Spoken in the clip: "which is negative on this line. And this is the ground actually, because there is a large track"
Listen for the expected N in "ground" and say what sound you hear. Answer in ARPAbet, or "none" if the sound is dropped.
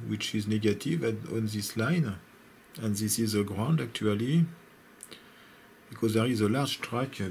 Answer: N